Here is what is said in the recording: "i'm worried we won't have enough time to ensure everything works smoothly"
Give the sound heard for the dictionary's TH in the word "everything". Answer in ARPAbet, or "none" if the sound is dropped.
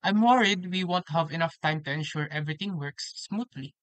T